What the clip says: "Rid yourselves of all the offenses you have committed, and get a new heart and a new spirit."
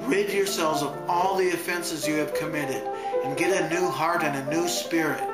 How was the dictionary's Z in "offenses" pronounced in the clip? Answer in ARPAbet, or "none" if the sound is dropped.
Z